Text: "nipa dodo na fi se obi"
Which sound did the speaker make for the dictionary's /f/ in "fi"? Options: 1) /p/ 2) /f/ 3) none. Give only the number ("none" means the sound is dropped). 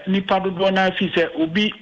2